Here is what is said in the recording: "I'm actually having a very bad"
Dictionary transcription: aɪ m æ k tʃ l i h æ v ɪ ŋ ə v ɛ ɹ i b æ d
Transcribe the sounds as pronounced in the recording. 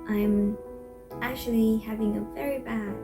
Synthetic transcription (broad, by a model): aɪ m æ k tʃ l i h æ v ɪ ŋ ə v ɛ ɹ i b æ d